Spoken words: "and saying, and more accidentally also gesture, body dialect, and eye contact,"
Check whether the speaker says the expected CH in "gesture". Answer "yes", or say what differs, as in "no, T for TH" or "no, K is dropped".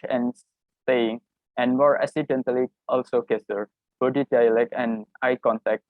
no, CH is dropped